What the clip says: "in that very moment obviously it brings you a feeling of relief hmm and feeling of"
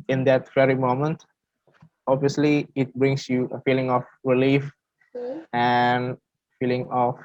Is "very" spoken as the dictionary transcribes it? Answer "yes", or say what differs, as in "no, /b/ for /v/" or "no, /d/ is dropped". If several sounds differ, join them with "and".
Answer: no, /f/ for /v/